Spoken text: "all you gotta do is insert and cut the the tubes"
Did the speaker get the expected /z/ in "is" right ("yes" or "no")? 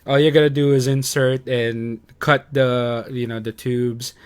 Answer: yes